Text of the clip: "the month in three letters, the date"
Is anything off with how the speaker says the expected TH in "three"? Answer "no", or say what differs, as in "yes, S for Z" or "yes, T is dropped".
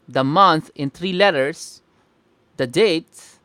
yes, T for TH